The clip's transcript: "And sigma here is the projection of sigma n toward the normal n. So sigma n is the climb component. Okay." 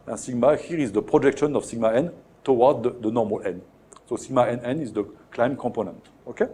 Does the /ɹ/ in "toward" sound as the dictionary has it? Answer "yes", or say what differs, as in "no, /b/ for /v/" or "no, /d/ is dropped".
no, /w/ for /ɹ/